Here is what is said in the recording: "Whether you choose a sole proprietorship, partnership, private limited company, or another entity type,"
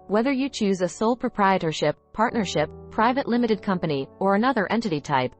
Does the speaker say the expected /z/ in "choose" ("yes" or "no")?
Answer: yes